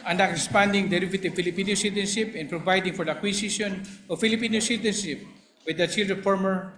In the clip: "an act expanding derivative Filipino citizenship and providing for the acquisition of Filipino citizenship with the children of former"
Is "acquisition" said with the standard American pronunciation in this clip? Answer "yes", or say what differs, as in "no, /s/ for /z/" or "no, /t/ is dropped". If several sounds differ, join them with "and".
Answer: no, /s/ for /z/